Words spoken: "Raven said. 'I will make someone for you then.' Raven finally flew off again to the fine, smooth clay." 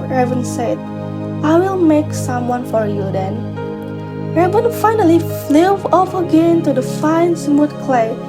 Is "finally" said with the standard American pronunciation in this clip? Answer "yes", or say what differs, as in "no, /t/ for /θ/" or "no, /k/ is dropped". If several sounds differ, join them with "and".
yes